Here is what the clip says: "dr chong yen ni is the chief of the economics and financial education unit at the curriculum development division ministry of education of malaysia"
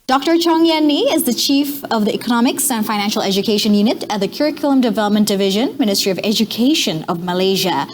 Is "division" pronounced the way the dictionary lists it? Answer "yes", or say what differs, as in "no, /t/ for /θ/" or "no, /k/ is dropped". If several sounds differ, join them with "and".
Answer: yes